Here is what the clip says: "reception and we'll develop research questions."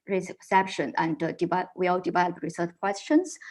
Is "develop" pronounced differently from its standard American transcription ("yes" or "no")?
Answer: yes